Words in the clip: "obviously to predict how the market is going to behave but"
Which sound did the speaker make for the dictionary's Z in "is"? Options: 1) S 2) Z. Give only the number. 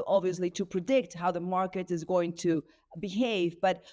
2